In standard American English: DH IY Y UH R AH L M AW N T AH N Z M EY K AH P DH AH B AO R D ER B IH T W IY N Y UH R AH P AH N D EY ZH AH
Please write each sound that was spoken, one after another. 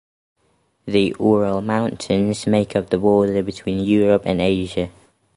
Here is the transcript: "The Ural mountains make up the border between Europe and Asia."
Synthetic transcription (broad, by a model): DH IY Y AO R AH L M AW N T AH N Z M EY K AH P DH AH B AO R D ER B IH T W IY N Y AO R AH P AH N EY ZH AH